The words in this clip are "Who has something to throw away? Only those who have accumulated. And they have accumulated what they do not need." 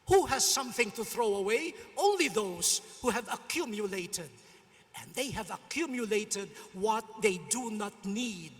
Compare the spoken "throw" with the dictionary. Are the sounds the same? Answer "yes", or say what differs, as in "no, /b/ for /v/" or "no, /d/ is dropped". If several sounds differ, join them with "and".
yes